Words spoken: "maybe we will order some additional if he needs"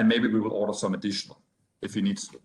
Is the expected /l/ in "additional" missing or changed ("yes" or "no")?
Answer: no